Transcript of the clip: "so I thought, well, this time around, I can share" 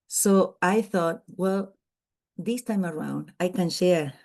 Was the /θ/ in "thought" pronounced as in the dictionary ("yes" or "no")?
yes